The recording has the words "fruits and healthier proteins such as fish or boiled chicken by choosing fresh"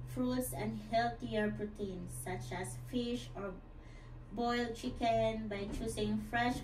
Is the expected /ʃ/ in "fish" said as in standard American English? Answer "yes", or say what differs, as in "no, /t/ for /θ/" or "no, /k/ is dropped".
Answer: yes